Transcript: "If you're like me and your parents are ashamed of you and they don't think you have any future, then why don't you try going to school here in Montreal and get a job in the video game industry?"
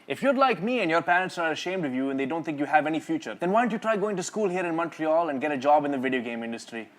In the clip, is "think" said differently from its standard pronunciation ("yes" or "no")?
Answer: yes